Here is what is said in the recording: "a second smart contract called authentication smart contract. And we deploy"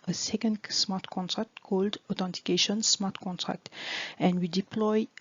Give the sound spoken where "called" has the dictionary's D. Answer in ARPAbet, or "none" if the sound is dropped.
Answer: D